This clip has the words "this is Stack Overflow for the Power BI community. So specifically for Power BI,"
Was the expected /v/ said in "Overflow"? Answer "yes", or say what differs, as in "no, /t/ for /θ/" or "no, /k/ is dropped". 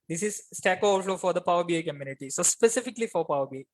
no, /v/ is dropped